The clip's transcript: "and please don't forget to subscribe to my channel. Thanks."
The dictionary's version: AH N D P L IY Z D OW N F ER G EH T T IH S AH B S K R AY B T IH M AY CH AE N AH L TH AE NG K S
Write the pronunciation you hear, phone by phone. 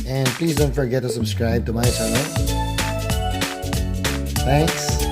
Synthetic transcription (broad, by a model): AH N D P L IY Z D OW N F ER G EH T T IH S AH B S K R AY B T IH M AY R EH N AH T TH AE NG K S